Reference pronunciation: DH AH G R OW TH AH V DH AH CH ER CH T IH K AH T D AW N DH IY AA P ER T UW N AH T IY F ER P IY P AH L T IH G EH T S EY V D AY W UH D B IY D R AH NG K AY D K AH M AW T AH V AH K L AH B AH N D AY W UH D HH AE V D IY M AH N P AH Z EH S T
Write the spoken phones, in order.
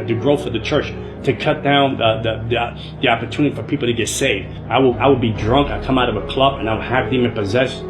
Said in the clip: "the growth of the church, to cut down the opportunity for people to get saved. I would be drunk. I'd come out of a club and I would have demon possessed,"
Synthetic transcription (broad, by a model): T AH G R OW F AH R DH AH CH ER CH T IH K AH T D AW N DH IY AA P ER T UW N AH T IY F ER P IY P L T IH G EH T S EY V D AY W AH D B IY D R AH NG K AY K AH M AW T AH V AH K L AH B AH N AY W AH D HH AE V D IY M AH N P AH Z EH S